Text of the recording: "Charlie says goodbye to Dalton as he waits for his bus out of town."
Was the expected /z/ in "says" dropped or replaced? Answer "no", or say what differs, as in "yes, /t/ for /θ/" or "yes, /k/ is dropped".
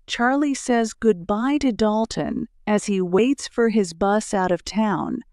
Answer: no